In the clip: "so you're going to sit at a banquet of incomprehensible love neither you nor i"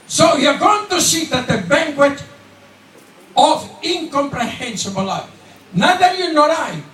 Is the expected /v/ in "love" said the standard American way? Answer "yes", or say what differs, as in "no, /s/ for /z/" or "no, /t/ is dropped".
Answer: no, /f/ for /v/